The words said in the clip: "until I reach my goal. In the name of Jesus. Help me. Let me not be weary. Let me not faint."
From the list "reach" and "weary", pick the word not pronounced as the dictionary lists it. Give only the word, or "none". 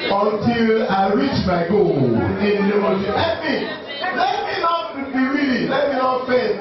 weary